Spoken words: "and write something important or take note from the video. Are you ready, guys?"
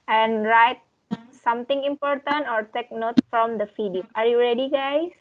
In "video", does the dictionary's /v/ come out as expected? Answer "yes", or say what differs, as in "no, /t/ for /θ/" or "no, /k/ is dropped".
no, /f/ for /v/